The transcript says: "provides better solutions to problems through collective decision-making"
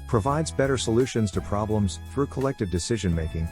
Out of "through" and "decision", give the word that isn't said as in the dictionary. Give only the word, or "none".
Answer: none